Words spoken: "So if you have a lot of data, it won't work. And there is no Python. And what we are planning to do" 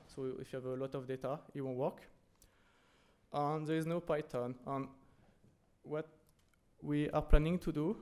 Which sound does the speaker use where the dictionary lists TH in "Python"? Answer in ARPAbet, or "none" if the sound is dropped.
T